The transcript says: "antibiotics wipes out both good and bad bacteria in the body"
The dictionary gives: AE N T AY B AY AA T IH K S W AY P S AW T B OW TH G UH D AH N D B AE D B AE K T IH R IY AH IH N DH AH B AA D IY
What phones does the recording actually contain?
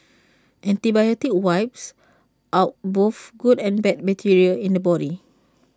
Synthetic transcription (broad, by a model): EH N T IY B AY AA T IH K W AY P S AW T B OW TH G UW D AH N B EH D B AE T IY R IY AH IH N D AH B AA D IY